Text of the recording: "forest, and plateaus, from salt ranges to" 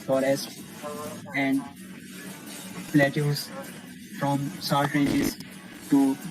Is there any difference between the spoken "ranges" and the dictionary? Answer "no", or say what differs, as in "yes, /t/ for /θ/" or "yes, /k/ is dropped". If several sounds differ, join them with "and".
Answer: yes, /n/ is dropped